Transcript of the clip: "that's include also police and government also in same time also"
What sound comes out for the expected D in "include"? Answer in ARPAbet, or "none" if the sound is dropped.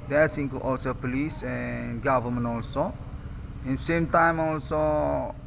none